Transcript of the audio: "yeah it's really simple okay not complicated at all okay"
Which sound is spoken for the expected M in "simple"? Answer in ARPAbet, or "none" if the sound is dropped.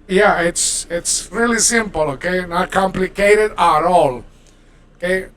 M